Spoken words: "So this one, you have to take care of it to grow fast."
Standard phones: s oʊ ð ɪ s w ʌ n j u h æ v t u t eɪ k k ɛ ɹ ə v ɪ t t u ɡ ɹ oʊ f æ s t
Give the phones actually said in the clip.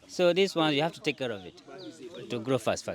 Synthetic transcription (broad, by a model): s oʊ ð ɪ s w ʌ n j u h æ f t u t eɪ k k ɛ ɹ ə v ɪ t t u ɡ ɹ oʊ f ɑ s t